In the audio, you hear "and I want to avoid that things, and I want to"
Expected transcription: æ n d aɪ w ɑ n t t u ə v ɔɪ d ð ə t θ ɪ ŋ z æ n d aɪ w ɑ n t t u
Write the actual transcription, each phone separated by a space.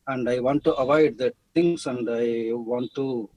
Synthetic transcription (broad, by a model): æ n d aɪ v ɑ n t t u ə v ɔɪ d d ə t t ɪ ŋ s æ n d aɪ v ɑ n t t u